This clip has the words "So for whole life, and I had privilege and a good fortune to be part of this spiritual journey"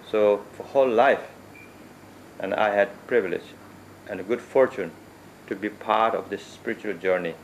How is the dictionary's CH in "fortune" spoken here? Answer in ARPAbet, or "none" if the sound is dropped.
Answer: CH